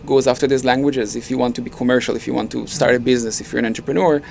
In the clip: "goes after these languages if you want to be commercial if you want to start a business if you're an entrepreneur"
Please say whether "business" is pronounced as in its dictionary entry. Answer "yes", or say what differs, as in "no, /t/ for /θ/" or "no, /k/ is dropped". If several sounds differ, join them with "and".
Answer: yes